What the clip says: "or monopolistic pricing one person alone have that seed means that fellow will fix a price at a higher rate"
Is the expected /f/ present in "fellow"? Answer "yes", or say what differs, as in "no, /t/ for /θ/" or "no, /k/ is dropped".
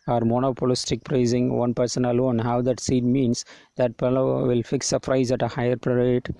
no, /p/ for /f/